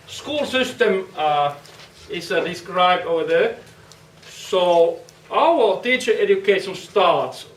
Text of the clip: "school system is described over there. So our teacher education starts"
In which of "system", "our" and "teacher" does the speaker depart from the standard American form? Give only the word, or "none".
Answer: our